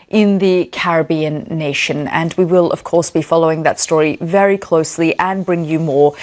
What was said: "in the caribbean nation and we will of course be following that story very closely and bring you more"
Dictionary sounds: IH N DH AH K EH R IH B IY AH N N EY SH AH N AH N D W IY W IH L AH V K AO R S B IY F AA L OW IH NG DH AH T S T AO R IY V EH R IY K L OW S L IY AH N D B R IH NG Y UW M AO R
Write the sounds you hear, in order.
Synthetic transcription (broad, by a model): IH N DH AH K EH R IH B IY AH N N EY SH AH N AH N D W IY W IH L AH V K AO R S B IY F AA L OW IH NG DH AH T S T AO R IY V EH R IY K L OW S L IY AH N B R IH NG Y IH M AO R